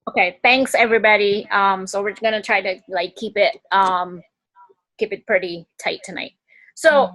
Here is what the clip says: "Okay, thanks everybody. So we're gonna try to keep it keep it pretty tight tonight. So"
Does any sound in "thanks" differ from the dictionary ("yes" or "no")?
no